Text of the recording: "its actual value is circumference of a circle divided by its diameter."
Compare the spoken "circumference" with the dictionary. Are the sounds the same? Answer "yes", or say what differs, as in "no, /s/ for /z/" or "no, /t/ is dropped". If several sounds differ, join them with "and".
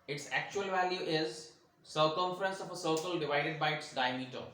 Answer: yes